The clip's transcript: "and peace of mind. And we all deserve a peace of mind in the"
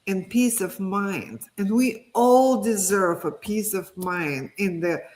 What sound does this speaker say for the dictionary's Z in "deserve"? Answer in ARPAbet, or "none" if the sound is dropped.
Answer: Z